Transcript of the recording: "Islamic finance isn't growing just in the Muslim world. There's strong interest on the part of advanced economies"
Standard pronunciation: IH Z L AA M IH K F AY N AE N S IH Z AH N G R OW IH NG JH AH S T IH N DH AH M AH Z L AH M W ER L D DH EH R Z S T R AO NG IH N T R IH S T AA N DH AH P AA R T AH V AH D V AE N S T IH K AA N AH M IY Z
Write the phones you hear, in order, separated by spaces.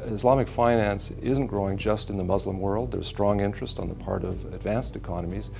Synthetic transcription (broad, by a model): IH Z L AA M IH K F AY N AE N S IH Z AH N G R OW IH NG JH AH S T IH N DH AH M AH Z L AH M W ER L D DH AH R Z S T R AO NG IH N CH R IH S T N DH AH P AA R T AH V AH D V AE N S T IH K AA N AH M IY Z